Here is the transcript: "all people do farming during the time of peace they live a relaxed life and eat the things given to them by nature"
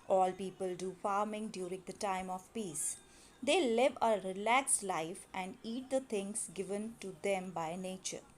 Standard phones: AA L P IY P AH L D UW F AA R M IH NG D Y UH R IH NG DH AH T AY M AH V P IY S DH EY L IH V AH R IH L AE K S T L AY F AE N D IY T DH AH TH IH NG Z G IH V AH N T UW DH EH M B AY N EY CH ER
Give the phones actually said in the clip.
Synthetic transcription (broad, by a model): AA L P IY P AH L D UW F AA R M IH NG D Y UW R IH NG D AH T AY M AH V P IY S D EY L IH V AH R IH L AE K S L AY F AE N D IY T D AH T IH NG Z G IH V AH N T UW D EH M B AY N EY CH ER